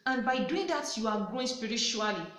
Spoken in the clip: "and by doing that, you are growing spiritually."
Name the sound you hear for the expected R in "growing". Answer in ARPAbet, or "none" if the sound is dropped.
none